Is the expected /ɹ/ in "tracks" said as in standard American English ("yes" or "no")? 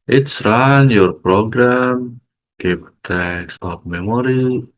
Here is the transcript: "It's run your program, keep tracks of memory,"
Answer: no